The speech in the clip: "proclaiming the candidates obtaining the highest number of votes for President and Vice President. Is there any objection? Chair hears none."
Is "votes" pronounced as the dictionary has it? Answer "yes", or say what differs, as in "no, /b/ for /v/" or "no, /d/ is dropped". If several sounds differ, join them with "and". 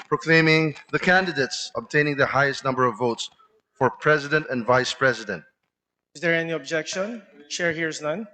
yes